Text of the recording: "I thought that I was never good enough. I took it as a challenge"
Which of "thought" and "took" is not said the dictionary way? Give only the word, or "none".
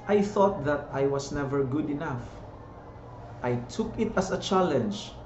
none